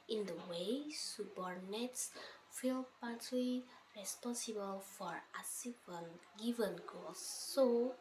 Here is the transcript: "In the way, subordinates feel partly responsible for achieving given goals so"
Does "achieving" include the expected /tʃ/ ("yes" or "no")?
no